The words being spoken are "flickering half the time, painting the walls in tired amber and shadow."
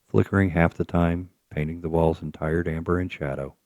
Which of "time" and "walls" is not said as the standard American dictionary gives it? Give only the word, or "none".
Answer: none